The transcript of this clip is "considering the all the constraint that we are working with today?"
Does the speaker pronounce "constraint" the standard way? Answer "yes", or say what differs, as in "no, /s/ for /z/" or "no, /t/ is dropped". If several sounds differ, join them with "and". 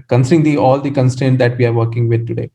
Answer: no, /ɹ/ is dropped